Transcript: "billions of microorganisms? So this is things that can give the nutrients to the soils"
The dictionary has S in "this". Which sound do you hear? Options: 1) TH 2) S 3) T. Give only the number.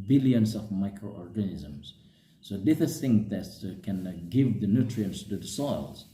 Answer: 1